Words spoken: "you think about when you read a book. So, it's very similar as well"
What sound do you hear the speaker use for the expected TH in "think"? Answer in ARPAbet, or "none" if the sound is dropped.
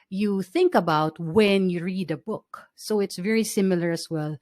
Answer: TH